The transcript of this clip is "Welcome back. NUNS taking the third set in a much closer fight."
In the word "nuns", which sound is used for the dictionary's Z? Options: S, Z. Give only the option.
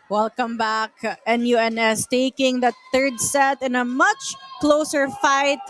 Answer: S